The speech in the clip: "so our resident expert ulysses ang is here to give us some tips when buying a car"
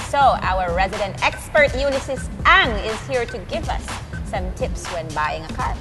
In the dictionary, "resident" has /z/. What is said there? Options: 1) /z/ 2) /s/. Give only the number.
1